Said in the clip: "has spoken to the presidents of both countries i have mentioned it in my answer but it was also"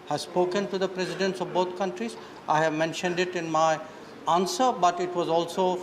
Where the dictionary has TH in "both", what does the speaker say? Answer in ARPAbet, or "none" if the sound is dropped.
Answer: T